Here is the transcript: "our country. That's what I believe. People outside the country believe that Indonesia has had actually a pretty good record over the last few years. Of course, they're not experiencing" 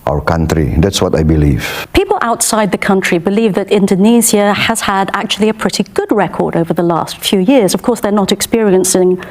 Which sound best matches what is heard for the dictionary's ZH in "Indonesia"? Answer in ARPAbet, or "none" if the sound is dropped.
Z